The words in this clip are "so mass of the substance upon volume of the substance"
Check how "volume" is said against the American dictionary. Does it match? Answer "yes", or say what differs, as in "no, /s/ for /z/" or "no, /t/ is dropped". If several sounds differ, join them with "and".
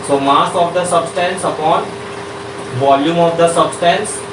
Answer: yes